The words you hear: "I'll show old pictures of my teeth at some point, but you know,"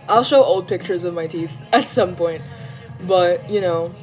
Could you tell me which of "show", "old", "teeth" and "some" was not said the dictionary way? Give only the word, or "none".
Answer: teeth